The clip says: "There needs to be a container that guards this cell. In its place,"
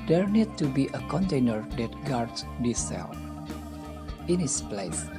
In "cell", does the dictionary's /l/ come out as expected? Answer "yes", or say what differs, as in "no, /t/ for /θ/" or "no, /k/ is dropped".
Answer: no, /n/ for /l/